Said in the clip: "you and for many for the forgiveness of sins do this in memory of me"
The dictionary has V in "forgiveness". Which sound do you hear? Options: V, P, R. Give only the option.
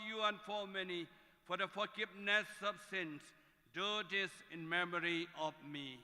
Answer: P